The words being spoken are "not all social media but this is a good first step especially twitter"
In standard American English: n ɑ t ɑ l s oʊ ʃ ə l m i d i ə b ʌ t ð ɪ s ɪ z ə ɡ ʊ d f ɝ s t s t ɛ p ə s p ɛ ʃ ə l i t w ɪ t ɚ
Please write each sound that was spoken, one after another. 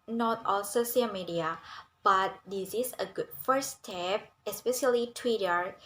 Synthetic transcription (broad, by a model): n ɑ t ɑ l s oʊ s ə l m i d i ə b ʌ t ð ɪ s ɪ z ə ɡ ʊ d f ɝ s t s t ɛ p ə s p ɛ ʃ ə l i t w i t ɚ